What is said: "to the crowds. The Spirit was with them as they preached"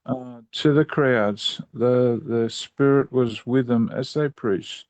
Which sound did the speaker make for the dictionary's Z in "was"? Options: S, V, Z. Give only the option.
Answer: Z